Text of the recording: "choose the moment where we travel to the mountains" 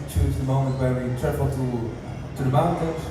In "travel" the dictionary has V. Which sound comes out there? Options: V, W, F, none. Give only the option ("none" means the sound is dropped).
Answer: F